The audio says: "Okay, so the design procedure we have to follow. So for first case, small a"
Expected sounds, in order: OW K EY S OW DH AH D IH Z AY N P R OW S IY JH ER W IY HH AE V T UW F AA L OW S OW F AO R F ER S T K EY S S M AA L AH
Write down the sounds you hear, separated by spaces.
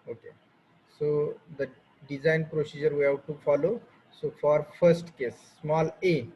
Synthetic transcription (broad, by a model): OW K EY S OW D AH D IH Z AY N P R OW S IY JH ER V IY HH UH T T UW F AA L OW S OW F AO R F ER S T K EY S S M AA L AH